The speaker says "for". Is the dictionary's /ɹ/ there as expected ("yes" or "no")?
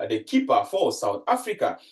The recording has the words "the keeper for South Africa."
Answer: no